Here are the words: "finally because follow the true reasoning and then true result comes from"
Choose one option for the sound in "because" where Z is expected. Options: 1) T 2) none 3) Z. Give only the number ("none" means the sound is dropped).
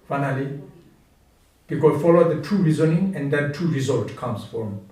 2